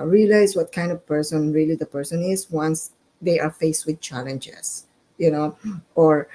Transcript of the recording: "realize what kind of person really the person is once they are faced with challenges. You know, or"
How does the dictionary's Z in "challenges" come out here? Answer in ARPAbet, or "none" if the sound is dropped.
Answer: S